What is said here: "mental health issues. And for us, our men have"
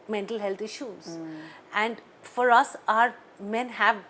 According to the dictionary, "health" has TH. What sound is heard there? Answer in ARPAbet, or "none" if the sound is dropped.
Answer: T